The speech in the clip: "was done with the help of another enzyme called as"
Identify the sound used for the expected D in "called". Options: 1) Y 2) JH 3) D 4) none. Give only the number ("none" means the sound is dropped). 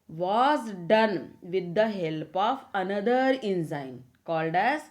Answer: 3